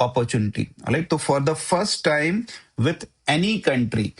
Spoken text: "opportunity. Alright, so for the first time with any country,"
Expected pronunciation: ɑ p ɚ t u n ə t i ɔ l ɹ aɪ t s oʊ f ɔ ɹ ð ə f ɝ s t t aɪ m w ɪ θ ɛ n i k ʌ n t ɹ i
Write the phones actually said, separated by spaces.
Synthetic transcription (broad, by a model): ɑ p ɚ t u n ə t i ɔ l aɪ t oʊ f ɔ ɹ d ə f ɝ s t t aɪ m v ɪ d ɛ n i k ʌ n t ɹ i